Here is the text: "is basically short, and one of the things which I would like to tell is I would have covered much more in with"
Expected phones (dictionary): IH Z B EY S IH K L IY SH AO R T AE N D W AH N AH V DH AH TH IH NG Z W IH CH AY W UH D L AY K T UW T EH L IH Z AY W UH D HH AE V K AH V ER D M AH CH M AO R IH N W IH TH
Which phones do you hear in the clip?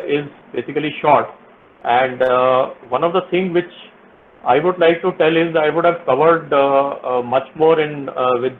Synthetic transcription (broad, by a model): IH Z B EY S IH K L IY SH AO R T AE N D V AH N AH V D AH T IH NG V IH CH AY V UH D L AY K T UW T EH L IH Z AY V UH D HH AE V K AH V ER D M AH CH M AO R IH N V IH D